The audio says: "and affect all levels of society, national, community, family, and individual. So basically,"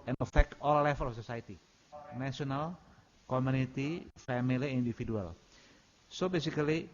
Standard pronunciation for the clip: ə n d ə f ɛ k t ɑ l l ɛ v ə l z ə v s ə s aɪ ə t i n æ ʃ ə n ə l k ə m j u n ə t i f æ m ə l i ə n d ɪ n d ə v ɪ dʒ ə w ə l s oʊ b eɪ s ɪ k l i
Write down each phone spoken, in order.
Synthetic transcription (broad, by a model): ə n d ə f ɛ k t ɑ l l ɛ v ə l ə f s ə s aɪ ə t i n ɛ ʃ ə n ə l k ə m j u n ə t i f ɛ m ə l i ə n d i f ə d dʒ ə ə l s oʊ b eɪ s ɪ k l i